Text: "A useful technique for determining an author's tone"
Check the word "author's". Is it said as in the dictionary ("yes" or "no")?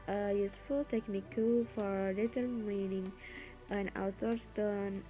no